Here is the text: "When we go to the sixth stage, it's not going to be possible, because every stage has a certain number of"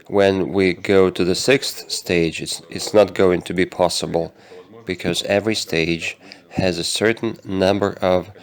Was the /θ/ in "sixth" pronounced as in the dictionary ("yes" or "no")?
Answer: yes